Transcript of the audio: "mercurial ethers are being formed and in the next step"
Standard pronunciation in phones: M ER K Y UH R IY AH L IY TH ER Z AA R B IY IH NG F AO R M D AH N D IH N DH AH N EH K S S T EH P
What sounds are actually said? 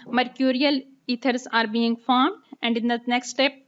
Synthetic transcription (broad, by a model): M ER K Y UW R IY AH L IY T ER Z AA R B IY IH NG F AO R M D AH N D IH N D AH N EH K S S T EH P